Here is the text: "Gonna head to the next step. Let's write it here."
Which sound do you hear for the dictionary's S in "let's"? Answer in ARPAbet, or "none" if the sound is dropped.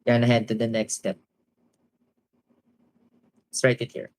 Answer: none